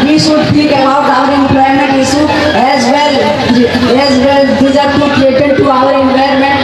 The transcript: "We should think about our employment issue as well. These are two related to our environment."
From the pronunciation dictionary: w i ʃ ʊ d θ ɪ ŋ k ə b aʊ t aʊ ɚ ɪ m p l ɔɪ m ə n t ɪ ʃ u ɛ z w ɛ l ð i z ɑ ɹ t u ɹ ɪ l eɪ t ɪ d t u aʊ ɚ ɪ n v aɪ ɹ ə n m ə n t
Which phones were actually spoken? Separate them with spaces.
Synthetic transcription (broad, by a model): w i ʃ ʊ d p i k ə b aʊ t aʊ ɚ ɪ m p l ɔɪ m ə n t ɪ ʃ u ɛ z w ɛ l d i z ɑ ɹ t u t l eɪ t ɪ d t u aʊ ɚ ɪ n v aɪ ɹ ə m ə n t